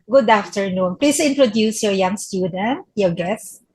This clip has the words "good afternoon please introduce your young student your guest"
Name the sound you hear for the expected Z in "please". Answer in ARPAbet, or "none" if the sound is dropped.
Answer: S